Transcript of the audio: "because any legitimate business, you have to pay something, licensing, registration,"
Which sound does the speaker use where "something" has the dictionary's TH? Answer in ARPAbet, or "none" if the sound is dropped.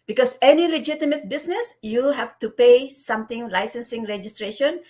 T